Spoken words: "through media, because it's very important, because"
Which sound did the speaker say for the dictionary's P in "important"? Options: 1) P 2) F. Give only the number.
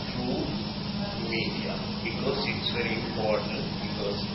1